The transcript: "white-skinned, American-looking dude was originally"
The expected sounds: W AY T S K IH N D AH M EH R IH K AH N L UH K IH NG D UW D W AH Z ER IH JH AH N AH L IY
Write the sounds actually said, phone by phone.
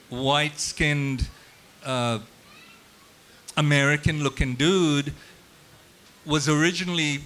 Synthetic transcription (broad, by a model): W AY T S K IH N D AH M EH R IH K AH N L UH K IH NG D UW D W AH Z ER IH JH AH N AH L IY